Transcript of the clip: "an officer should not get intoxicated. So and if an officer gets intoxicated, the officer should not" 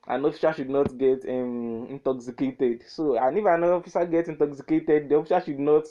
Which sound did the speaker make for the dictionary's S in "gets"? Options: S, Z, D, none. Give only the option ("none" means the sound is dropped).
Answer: none